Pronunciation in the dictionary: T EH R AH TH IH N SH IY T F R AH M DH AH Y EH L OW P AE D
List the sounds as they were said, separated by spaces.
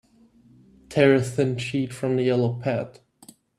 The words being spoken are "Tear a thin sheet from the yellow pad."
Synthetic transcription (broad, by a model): T EH R AH TH IH N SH IY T F R AH M DH AH Y EH L OW P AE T